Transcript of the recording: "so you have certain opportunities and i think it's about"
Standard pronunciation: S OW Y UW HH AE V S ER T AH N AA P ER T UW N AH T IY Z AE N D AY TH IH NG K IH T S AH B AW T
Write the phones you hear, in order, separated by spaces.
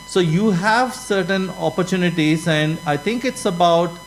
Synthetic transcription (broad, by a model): S OW Y UW HH AE V S ER T AH N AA P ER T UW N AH T IY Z AE N D AY T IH NG K IH T S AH B AW T